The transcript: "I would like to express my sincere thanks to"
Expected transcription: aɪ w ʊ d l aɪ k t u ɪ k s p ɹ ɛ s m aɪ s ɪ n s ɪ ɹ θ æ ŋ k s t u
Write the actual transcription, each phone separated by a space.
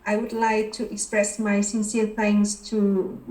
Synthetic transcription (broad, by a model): aɪ w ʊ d l aɪ k t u ɪ k s p ɹ ɛ s m aɪ s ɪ n s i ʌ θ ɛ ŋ s t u